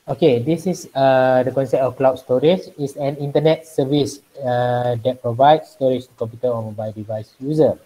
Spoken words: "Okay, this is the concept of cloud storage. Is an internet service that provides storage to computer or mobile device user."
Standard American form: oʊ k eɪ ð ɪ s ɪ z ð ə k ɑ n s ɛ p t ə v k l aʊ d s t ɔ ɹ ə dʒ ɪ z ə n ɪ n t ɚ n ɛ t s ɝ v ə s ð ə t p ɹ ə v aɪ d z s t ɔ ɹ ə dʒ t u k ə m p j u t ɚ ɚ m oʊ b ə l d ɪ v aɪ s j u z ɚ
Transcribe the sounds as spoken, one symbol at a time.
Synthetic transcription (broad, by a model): oʊ k eɪ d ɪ s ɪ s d ə k ɑ n s ɛ p t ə f k l aʊ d s t ɔ ɹ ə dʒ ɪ s ə n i n t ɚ n ɛ t s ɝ v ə s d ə t p ɹ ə v aɪ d s t ɔ ɹ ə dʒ t u k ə m p j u t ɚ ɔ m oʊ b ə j d ɪ v aɪ s j u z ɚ